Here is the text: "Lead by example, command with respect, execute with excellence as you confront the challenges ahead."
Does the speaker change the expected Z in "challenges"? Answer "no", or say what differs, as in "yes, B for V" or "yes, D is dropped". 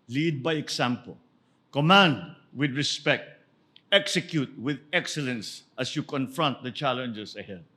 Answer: yes, S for Z